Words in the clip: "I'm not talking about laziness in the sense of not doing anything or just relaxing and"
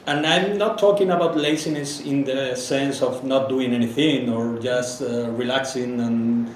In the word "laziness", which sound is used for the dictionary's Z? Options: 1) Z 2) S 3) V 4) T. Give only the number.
2